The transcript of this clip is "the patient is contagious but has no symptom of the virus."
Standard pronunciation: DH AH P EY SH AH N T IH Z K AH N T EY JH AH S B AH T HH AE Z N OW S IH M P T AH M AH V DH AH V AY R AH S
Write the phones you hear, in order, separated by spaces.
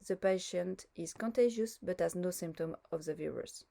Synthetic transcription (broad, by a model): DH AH P EY SH AH N T IH Z K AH N T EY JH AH S B AH T HH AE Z N OW S IH M P T AH M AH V DH AH V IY R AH S